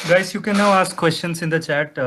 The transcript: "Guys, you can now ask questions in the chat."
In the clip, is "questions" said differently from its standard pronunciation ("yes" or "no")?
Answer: yes